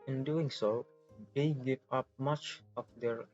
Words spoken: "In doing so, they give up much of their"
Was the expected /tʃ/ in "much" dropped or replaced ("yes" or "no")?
no